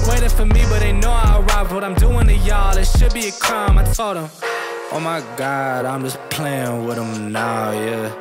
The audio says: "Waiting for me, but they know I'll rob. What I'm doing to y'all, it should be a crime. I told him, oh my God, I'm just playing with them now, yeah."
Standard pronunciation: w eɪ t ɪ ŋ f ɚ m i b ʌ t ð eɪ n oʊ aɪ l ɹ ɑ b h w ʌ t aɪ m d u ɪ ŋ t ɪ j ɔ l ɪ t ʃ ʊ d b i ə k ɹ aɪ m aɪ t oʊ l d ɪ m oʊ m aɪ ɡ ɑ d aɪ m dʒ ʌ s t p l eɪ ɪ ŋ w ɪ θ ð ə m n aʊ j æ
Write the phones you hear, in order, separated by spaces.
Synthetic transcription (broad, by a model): w eɪ t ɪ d f ɚ m i b ʌ t ð eɪ n oʊ aɪ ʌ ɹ ɑ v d w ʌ t aɪ m d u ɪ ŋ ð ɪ j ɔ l ɪ t ʃ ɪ d b i ə k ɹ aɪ m aɪ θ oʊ d ɪ m oʊ m aɪ ɡ ɑ d aɪ m dʒ ʌ s p l eɪ ɪ ŋ w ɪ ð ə m n aʊ j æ